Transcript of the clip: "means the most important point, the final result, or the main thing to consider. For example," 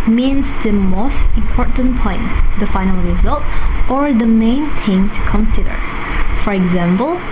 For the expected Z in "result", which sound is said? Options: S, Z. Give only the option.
Z